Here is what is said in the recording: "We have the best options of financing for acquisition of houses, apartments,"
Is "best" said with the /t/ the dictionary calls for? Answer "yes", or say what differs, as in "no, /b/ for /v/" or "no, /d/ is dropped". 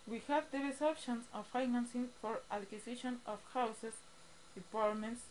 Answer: no, /t/ is dropped